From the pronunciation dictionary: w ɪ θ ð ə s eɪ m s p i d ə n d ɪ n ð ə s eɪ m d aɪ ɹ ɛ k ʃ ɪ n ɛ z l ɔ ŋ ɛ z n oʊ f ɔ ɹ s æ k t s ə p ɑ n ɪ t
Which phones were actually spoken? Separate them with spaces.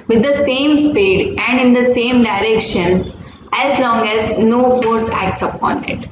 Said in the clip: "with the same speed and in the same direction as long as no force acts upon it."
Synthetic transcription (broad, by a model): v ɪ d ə s eɪ m s p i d ə n d ɪ n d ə s eɪ m d aɪ ɹ ɛ k ʃ ɪ n ɛ z l ɔ ŋ ɛ z n oʊ f ɔ ɹ s æ k t s ə p ɑ n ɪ t